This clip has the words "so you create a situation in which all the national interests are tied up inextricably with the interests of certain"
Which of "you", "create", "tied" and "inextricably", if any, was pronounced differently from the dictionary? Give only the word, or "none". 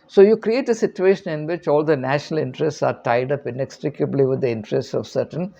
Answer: none